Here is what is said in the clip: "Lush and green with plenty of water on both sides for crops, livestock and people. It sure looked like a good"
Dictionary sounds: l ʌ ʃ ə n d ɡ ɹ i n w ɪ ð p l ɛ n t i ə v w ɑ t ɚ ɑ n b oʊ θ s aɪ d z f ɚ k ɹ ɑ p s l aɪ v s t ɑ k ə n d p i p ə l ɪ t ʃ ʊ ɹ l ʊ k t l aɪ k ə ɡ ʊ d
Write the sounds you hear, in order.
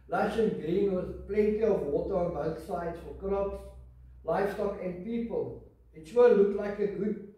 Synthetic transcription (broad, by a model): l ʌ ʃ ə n ɡ ɹ i n w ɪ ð p l ɛ n t i ə v w ɑ t ɚ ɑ n b oʊ θ s aɪ d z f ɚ k ɹ ɑ p s l aɪ f s t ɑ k ə n d p i p ə l ɪ t s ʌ l ʊ k t l aɪ k ə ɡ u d